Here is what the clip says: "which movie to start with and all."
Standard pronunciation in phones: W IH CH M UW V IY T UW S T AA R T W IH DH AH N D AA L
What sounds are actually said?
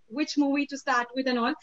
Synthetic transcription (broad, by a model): W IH CH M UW W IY T UW S T AA R T W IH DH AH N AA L